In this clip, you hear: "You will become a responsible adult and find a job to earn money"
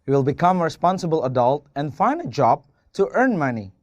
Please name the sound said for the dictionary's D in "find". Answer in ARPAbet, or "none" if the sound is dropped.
D